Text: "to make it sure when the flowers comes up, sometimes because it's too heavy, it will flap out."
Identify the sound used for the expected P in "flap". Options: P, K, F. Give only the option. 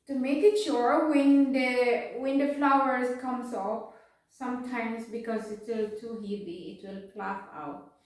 F